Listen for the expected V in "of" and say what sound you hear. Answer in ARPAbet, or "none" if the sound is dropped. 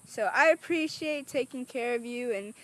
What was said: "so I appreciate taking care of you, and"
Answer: V